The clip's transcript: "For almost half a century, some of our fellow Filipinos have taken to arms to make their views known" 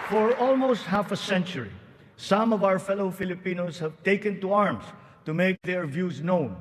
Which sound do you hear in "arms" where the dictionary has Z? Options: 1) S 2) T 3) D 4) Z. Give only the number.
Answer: 1